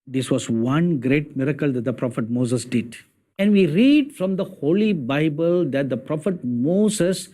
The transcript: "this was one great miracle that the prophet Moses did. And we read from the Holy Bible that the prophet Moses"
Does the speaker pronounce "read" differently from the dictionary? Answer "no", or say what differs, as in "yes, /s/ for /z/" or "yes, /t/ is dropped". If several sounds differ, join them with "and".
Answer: no